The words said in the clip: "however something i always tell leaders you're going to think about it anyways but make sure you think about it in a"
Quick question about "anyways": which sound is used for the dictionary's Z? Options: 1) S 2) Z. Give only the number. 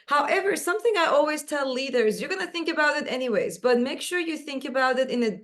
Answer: 2